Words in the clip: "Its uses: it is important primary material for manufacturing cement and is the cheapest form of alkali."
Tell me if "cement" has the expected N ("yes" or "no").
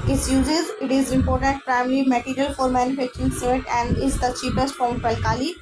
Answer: no